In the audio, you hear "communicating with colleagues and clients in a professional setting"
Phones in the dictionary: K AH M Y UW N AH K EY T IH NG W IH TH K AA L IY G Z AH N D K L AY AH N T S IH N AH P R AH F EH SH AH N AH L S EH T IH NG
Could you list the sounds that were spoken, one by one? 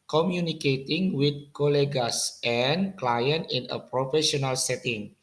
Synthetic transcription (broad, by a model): K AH M Y UW N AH K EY T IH NG W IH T K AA L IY G S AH N K L AY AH N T IH N AH P R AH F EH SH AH N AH L S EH T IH NG